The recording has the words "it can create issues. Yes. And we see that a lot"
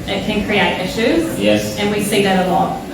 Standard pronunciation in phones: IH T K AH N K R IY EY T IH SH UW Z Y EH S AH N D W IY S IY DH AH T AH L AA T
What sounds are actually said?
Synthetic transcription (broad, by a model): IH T K AH N K R IY EY T IH SH UW Z Y EH S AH N W IY S IY DH AH T AH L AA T